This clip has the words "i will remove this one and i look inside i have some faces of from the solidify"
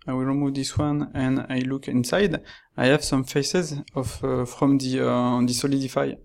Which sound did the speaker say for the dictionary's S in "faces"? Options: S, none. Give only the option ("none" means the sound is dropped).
S